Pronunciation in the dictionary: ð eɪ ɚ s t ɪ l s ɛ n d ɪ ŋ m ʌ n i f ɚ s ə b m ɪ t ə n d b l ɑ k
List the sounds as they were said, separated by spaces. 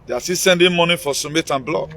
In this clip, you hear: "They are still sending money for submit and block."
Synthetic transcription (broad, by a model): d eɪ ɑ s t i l s ɛ n d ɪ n m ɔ n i f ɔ s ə m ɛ t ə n b l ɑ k